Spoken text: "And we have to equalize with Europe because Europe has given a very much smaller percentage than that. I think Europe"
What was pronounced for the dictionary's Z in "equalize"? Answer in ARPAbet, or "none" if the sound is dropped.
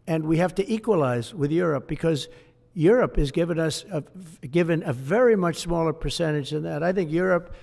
Z